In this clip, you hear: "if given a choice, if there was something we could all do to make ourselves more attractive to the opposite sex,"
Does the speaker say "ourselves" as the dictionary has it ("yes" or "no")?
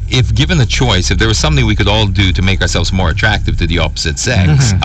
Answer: yes